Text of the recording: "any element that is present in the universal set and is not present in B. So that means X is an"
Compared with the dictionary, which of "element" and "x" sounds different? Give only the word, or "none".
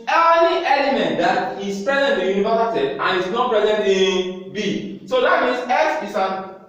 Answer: x